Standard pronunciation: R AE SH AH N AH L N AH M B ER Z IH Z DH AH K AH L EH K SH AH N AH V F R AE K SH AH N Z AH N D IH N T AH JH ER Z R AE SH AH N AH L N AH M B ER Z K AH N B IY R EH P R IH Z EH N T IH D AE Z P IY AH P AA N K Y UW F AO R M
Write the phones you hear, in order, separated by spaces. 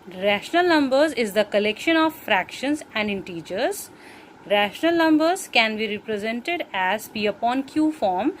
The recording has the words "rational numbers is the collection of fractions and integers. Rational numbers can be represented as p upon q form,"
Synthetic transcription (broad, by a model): R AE SH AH N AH L N AH M B ER Z IH Z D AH K AH L EH K SH AH N AH V F R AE K SH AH N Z AH N D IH N T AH JH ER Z R AE SH AH N AH L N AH M B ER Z K AH N B IY R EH P R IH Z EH N T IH D AE Z B IY AH P AA N K Y UW F AO R M